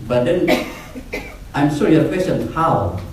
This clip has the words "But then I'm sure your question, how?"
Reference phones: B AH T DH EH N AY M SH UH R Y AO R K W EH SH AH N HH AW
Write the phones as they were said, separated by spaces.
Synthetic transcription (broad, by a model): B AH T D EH N AY M S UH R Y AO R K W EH S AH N HH AW